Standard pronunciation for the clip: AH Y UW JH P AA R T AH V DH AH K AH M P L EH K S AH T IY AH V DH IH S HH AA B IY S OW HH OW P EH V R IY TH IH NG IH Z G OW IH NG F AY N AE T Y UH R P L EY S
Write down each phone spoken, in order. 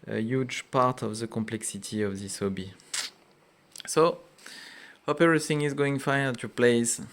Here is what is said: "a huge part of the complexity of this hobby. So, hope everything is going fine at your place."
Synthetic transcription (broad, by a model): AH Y UW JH P AA R T AH V DH AH K AH M P L EH K S AH T IY AH V DH IH S HH AA B IY S OW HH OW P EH R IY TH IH NG IH Z G OW IH NG F AY AH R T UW P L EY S